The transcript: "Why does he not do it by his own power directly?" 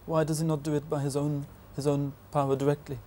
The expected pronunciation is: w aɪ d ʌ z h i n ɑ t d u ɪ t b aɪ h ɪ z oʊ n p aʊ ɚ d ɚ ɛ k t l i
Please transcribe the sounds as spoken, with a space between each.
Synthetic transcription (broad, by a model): w aɪ d ʌ z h i n ɑ t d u ɪ t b aɪ h ɪ z oʊ n p aʊ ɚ d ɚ ɛ k t l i